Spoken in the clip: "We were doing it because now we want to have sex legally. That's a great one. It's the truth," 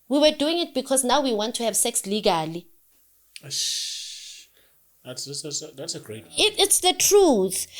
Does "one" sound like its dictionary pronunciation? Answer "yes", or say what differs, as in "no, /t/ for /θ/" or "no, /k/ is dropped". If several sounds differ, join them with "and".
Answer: no, /n/ is dropped